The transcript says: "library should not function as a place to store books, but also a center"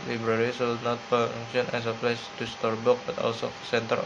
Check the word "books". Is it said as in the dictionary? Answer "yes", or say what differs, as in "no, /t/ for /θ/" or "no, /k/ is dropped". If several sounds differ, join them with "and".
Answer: no, /s/ is dropped